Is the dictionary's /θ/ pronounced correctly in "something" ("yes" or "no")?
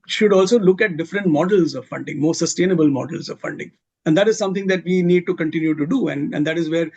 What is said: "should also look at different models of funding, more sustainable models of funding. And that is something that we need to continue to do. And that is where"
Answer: no